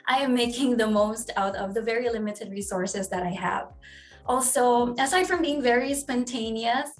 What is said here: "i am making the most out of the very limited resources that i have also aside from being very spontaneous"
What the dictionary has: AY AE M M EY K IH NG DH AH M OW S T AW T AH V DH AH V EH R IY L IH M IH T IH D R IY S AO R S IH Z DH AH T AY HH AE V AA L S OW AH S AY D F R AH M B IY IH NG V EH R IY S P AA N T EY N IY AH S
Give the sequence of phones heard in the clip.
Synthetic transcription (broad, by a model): AY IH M M EY K IH NG DH AH M OW S T AW T AH V DH AH V EH R IY L IH M IH T IH D R IY S AO R S IH Z DH AH T AY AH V AA L S OW AH S AY D F R AH M B IY IH NG V EH R IY S P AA N T EY N IY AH S